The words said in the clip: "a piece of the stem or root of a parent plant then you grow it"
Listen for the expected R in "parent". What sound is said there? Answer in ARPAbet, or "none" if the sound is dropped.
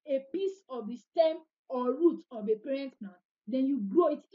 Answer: R